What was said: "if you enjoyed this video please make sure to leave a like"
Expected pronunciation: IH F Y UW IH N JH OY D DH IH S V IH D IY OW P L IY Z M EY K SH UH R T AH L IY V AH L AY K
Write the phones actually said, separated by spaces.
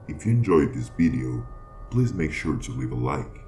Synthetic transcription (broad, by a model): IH F Y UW IH N JH OY D DH IH S V IH D IY OW P L IY Z M EY K SH UH R T AH L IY V AH L AY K